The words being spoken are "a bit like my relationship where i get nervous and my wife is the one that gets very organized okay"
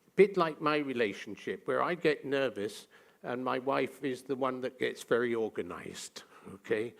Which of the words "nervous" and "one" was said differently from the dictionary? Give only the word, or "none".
none